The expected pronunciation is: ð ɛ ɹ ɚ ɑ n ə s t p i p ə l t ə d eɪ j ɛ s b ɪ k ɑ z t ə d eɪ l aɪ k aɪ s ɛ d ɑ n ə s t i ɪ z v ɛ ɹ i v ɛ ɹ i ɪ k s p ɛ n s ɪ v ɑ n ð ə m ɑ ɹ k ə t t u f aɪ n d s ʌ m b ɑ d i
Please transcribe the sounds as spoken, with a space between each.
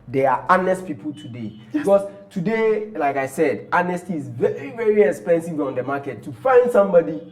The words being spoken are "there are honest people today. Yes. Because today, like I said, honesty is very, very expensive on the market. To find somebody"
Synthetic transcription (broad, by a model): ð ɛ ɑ ɑ n ə s t p i p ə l t ə d eɪ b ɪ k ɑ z t ə d eɪ l aɪ k aɪ s ɛ d ɑ n ə s t i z v ɛ ɹ i v ɛ ɹ i ɪ k s p ɛ n s ɪ v ɑ n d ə m ɑ k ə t t u f aɪ n d s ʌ m b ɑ d i